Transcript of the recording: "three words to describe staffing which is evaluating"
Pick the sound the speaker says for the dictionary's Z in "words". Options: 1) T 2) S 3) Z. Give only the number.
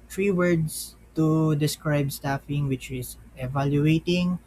2